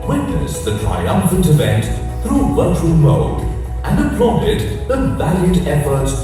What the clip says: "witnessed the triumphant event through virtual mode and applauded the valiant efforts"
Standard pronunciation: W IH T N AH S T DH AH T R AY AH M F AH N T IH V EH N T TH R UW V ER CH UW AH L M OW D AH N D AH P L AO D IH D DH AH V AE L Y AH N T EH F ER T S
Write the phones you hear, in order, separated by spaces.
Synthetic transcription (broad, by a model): W IH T N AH S DH AH T R AY AH M F AH N T IH V EH N T TH R UW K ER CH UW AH L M OW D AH N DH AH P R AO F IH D DH AH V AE L Y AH T EH F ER T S